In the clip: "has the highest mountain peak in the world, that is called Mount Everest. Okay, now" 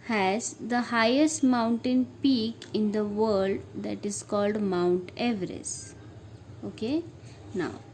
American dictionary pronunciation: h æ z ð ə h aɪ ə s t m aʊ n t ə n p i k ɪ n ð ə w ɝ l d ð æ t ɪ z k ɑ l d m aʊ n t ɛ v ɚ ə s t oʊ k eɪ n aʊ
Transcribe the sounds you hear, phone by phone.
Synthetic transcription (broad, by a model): h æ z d ə h aɪ ə s t m aʊ n t ə n p i k ɪ n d ə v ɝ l d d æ t ɪ z k ɑ l d m aʊ n t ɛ v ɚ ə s oʊ k eɪ n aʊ